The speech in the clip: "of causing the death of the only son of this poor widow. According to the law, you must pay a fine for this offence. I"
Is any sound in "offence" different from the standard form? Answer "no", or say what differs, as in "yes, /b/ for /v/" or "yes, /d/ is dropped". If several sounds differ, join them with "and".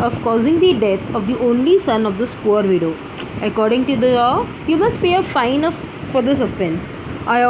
yes, /p/ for /f/